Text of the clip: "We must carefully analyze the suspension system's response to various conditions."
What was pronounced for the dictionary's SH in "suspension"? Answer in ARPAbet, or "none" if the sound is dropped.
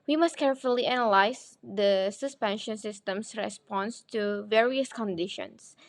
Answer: SH